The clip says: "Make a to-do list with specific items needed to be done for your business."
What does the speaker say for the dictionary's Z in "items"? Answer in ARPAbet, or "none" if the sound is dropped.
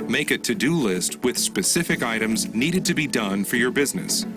Z